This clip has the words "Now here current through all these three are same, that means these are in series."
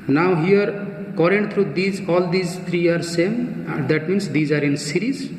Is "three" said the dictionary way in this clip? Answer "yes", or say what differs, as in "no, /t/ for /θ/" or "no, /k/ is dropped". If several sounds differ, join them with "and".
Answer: no, /t/ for /θ/